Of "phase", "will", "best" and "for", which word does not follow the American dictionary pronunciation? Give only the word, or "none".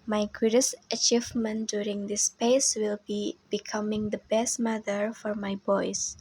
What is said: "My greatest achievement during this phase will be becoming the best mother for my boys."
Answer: phase